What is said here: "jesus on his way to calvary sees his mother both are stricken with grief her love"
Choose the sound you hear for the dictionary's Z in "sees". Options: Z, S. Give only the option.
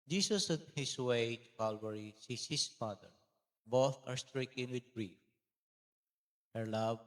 S